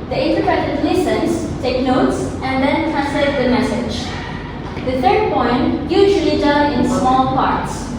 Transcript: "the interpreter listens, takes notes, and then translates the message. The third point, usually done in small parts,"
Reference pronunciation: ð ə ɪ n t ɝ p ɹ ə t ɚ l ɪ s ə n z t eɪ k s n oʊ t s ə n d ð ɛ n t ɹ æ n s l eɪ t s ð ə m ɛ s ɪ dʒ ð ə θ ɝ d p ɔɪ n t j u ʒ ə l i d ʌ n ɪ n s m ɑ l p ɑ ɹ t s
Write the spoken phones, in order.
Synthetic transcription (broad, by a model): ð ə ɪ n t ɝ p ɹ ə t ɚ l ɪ s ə n s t eɪ k n oʊ t s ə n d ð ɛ n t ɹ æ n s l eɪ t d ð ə m ɛ s ɪ dʒ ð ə t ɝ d p ɔɪ n t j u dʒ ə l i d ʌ l ɪ n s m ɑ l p ɑ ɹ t s